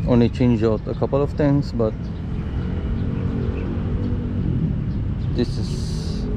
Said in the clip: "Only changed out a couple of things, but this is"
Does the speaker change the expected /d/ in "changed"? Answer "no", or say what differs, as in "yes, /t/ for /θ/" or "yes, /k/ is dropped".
yes, /d/ is dropped